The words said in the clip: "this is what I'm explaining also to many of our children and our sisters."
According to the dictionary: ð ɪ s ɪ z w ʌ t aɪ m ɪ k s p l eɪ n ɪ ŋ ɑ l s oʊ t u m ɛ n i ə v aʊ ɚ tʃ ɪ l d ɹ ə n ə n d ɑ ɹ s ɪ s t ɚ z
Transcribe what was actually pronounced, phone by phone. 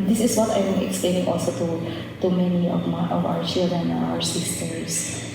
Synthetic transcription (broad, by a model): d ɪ s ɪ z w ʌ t aɪ m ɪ k s p l eɪ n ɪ ŋ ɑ l s oʊ t u m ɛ n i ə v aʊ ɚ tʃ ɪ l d ə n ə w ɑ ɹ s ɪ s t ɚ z